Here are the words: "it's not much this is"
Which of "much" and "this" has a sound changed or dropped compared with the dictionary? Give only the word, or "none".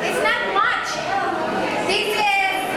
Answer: this